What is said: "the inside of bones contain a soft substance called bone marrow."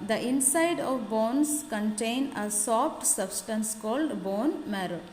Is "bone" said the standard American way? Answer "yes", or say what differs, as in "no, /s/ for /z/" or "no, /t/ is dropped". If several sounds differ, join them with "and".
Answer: yes